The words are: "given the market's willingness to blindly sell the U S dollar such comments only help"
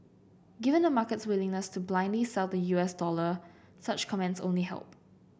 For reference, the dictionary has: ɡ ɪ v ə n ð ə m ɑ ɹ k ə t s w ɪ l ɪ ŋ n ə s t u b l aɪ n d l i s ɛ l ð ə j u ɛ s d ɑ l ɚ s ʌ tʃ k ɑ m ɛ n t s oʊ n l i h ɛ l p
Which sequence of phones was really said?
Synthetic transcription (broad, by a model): ɡ ɪ v ə n ə m ɑ k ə t s w ɪ l ɪ ŋ n ə s t u b l aɪ n d l i s ɛ l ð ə j u ɛ s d ɑ l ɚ s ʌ tʃ k ɑ m ɛ n t s oʊ n l i h ɛ l p